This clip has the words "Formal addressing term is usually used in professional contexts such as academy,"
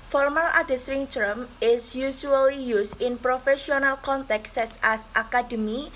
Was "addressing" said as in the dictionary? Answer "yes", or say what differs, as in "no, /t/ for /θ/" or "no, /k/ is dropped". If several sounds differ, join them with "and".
no, /ɹ/ is dropped